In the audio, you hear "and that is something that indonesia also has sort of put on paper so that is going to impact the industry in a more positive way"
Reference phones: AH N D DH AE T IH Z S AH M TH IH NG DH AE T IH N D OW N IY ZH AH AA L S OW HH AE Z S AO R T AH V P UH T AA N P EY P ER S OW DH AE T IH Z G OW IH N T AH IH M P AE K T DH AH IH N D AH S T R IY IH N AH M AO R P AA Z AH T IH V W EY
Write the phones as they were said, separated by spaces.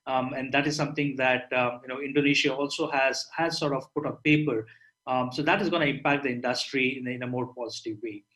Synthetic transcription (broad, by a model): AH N D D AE T IH Z S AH M T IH NG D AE T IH N D OW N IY SH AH AA L S OW HH AE Z S AO R T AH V P UH T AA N P EY P ER S OW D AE T IH Z G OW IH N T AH IH M P AE K T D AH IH N D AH S T R IY IH N AH M AO R P AA Z AH T IH V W EY